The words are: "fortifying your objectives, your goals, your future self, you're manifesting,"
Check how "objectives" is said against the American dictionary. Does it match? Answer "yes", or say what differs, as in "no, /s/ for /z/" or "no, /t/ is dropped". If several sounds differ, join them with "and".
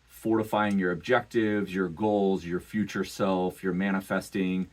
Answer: yes